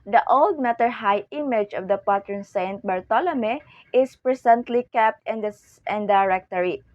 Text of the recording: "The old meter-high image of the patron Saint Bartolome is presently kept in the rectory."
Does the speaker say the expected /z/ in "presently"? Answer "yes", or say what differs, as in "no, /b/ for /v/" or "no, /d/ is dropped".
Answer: no, /s/ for /z/